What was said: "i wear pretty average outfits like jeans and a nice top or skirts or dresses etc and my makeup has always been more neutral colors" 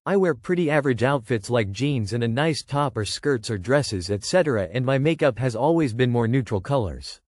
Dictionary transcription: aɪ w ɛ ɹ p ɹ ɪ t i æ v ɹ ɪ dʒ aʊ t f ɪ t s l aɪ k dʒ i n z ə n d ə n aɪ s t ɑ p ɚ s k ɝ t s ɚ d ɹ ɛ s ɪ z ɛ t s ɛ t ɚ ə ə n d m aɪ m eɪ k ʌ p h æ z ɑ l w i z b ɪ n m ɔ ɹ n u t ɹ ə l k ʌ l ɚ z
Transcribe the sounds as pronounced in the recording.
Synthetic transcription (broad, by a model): aɪ w ɛ ɹ p ɹ ɪ t i æ v ɹ ɪ dʒ aʊ t f ɪ t s l aɪ k dʒ i n z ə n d ə n aɪ s t ɑ p ɚ s k ɝ t s ɚ d ɹ ɛ s ɪ z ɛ t s ɛ t ɚ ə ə n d m aɪ m eɪ k ʌ p h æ z ɑ l w i z b ɪ n m ɔ ɹ n u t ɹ l k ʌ l ɚ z